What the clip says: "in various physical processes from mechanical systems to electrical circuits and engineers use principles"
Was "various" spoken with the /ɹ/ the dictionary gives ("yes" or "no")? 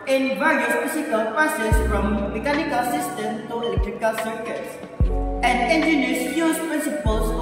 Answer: yes